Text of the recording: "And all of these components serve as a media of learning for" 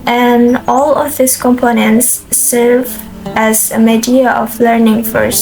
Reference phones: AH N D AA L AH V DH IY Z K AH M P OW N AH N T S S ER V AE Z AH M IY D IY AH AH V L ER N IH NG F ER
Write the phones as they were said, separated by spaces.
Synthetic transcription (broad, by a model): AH N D AA L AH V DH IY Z K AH M P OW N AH N T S S ER V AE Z AH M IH D IY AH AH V L ER N IH NG F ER